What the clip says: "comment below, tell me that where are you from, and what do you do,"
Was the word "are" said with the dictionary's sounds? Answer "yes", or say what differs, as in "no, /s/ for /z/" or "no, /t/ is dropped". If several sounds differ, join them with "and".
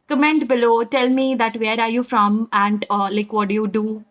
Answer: yes